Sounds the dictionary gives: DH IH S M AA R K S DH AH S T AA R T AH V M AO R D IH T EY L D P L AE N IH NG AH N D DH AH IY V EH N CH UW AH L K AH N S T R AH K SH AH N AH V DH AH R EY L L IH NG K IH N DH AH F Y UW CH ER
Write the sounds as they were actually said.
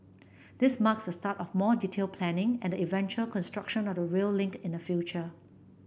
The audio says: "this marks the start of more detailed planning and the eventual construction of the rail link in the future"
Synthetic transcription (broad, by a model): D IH S M AA K S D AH S T AA T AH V M AO D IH T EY L P L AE N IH NG AH N D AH IY V EH N CH UW AH L K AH N S T R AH K SH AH N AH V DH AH R EY L L IH NG K IH N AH F Y UW CH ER